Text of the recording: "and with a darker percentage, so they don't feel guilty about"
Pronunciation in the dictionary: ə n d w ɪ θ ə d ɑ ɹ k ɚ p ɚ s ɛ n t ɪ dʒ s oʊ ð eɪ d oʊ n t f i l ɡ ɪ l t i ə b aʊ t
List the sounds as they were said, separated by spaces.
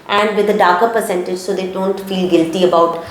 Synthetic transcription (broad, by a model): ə n d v ɪ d ə d ɑ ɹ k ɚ p ɚ s ɛ n t ɪ dʒ s oʊ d eɪ d oʊ n t f i l ɡ ɪ l t i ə b aʊ t